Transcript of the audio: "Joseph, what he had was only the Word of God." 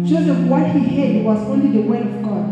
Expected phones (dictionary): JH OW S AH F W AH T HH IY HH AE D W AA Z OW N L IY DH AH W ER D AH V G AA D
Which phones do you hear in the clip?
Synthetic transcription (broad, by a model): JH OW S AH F W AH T HH IY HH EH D W AA Z OW N L IY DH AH W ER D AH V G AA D